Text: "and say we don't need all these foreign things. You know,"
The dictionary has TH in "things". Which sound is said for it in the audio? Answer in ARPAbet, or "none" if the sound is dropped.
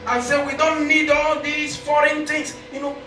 T